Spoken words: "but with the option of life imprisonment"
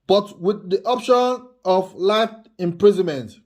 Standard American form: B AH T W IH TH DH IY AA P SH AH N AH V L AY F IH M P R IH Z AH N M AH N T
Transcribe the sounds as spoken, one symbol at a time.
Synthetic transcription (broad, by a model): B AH T W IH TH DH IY AA P SH AH N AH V L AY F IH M P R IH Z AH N M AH N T